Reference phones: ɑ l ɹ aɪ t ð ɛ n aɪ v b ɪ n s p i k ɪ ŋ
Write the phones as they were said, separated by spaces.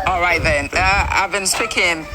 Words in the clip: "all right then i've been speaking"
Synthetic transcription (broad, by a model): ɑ l ɹ aɪ t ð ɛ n aɪ v b ɪ n s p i k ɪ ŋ